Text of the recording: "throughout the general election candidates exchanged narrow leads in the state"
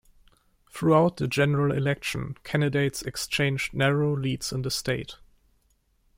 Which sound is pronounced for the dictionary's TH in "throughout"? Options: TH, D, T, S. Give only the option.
TH